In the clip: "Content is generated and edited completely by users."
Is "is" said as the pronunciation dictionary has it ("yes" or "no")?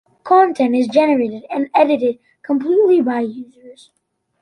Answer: yes